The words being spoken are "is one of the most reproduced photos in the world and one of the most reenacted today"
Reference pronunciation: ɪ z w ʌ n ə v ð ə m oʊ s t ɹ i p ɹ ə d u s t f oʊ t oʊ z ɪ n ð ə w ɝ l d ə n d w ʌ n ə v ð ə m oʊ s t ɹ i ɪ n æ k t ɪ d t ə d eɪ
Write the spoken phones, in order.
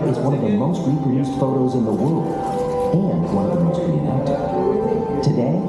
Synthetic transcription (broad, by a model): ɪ z w ʌ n ə v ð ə m oʊ s t ɹ i p ɹ ə d u s t f oʊ t oʊ z ɪ n ð ə w ɝ l d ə n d w ʌ n ə v ð ə m oʊ s t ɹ i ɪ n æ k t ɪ t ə d eɪ